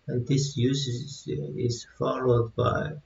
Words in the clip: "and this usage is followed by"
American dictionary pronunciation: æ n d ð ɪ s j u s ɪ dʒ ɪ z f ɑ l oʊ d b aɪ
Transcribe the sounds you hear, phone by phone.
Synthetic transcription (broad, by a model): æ n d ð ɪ s j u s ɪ z ɪ z f ɑ l oʊ d b aɪ